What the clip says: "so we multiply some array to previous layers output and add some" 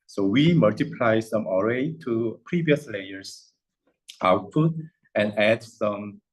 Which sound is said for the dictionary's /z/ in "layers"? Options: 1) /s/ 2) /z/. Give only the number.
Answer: 1